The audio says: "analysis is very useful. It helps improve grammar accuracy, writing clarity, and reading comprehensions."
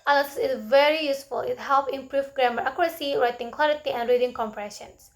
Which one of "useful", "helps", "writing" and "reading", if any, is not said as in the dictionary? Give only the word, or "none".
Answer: helps